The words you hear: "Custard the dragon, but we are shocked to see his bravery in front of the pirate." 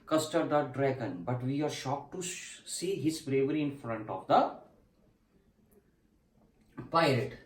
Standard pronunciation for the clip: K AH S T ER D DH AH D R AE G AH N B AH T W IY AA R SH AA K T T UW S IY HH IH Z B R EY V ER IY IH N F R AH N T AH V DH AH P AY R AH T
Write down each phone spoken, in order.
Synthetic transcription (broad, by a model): K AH S T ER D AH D R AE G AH N B AH T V IY AA R SH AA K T T UW S IY HH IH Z B R EY V ER IY IH N F R AH N T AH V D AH P AY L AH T